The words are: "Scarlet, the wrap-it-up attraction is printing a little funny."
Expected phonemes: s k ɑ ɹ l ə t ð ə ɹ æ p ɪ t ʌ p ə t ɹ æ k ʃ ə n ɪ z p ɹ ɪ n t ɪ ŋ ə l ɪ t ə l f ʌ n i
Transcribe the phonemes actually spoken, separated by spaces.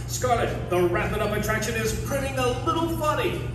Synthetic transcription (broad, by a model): s k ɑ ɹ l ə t ð ə ɹ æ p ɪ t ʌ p ə t ɹ æ k ʃ ə n ɪ z p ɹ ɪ t ɪ ŋ ə l ɪ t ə l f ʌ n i